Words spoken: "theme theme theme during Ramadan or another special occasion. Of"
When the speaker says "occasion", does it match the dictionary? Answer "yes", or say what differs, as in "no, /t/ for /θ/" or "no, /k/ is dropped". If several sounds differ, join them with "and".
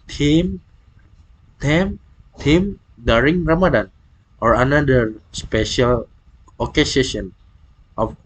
no, /ʃ/ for /ʒ/